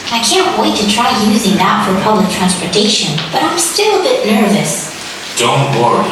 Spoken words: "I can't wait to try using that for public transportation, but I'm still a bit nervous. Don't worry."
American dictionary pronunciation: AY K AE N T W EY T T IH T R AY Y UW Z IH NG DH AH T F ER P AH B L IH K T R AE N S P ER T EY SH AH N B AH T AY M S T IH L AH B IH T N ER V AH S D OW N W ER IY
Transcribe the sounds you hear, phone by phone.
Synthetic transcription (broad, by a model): AY K AE N T W EY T T IH T R AY Y UW Z IH NG DH AH T F ER P AH B L IH K T R AE N S P ER T EY SH AH N B AH T AY M S T IH L AH B IH T N ER V AH S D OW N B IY